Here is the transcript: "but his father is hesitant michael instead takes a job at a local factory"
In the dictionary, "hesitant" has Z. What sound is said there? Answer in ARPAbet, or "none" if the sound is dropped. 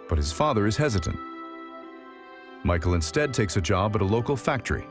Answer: Z